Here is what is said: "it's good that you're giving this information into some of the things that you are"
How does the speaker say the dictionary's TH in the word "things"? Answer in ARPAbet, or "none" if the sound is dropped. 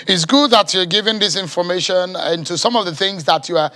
TH